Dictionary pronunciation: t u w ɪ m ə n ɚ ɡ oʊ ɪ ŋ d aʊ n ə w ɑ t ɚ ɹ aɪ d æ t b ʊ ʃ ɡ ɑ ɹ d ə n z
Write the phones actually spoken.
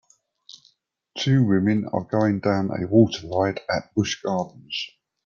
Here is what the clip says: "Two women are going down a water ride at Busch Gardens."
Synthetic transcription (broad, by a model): t u w ɪ m ə n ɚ ɡ oʊ ɪ ŋ d aʊ n ə w ɑ t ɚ l aɪ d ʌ t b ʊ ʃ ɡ ɑ d n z